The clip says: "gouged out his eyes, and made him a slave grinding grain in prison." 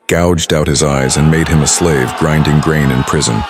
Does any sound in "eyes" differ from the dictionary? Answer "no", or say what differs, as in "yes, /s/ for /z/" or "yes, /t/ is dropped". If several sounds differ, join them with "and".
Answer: no